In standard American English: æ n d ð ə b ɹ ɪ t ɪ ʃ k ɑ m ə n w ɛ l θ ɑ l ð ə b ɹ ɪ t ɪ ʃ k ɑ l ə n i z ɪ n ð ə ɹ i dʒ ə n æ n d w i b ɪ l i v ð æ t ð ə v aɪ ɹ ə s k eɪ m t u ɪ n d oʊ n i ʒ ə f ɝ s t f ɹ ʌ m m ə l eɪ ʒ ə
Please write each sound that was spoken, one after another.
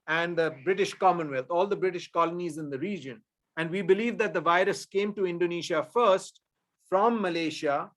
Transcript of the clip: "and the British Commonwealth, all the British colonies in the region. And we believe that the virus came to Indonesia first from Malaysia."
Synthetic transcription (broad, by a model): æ n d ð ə b ɹ ɪ t ɪ ʃ k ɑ m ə n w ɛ l t ɑ l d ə b ɹ ɪ t ɪ ʃ k ɑ l ə n i z ɪ n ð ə ɹ i dʒ ə n æ n d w i b ɪ l i v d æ t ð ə v aɪ ɹ ə s k eɪ m t u ɪ n d oʊ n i ʃ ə f ɝ s t f ɹ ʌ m m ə l eɪ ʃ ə